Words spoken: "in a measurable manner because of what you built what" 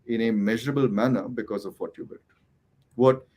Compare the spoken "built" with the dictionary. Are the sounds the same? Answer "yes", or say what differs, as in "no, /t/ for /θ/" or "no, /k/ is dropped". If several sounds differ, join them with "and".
no, /l/ is dropped